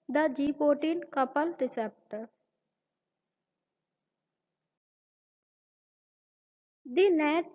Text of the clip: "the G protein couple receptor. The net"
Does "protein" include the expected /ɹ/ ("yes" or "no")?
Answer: no